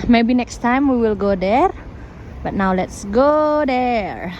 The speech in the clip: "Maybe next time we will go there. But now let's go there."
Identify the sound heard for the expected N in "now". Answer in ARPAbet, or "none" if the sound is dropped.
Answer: N